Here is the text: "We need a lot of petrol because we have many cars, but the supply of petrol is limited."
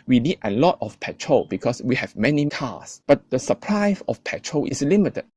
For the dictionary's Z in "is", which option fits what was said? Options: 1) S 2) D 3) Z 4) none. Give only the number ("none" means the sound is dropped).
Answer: 1